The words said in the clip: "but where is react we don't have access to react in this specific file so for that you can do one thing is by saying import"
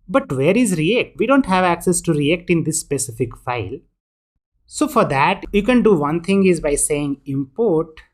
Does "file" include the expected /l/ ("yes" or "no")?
yes